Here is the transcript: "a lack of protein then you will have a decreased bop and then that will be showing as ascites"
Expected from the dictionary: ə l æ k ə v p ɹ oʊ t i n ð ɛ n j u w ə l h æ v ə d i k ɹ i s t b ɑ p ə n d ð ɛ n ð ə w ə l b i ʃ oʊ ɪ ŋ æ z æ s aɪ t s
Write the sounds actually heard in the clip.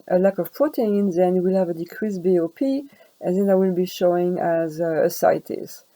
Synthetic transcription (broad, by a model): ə l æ k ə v p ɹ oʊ t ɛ n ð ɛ n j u w ə l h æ v ə d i k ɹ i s b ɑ p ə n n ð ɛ n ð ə w ə l b i ʃ oʊ ɪ ŋ æ z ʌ s aɪ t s